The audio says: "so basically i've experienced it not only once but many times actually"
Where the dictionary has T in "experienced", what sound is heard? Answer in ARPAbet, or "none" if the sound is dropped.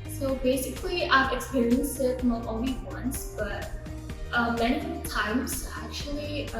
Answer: none